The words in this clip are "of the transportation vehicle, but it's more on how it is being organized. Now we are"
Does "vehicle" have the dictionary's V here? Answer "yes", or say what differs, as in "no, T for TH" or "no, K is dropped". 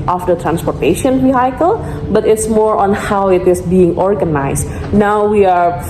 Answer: no, W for V